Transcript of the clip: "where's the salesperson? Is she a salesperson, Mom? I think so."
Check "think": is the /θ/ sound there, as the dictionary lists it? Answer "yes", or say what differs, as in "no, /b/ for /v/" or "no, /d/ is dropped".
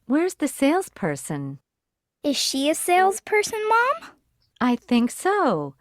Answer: yes